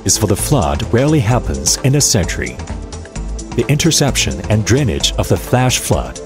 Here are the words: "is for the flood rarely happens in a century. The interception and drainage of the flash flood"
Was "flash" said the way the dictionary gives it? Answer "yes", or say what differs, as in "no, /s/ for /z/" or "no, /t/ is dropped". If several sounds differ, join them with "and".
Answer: yes